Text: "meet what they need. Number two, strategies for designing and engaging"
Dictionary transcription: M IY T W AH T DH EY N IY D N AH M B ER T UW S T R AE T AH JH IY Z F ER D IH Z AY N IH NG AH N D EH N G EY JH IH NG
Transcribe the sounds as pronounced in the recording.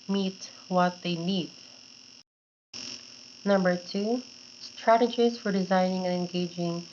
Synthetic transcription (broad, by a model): M IY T W AH T DH EY N IY D N AH M B ER T UW S T R AE T AH JH IY Z F ER D IH Z AY N IH NG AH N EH N G EY JH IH NG